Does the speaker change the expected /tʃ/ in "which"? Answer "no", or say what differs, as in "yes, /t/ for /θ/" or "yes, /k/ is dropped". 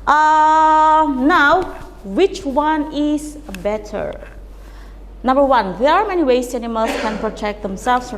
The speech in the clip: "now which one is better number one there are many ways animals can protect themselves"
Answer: no